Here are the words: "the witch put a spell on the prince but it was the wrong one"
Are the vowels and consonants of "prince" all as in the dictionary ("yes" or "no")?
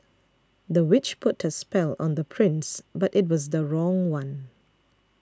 yes